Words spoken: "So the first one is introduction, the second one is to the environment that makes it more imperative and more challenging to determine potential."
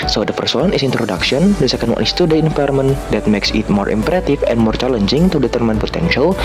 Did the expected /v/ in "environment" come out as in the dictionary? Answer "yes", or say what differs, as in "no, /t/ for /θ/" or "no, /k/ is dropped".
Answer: no, /f/ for /v/